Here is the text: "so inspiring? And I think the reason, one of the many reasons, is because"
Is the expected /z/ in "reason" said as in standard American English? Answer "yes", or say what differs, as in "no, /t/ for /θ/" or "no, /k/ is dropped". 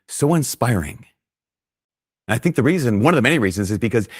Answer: yes